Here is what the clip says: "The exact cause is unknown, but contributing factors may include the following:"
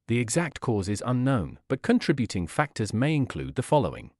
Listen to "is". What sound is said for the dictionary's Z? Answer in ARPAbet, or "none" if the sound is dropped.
Z